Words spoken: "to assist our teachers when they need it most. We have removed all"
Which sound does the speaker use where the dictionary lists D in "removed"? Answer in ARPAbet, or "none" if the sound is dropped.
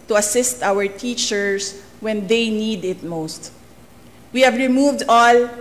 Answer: D